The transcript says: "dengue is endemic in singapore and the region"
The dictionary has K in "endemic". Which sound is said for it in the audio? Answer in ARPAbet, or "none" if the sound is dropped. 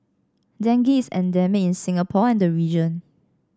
none